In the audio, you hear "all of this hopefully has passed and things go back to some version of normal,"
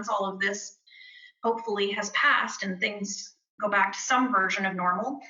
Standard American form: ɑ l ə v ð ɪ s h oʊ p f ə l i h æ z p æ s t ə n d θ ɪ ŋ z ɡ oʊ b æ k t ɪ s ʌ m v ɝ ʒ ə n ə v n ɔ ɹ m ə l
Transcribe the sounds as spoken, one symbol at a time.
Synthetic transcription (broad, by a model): ɑ l ə v ð ɪ s h oʊ p f l i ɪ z p æ s t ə n θ ɪ ŋ z ɡ oʊ b æ k t ɪ s ʌ m v ɝ ʒ ə n ə v n ɔ ɹ m l